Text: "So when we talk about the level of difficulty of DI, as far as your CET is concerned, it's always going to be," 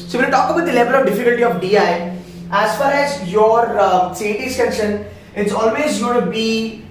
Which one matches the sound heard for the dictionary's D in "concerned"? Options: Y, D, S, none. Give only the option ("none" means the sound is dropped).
none